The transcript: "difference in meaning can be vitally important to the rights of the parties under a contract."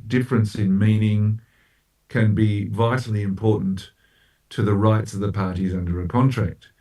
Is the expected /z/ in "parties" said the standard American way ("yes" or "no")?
yes